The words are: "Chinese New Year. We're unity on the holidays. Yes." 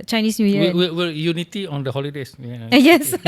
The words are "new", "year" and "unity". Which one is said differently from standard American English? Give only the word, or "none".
year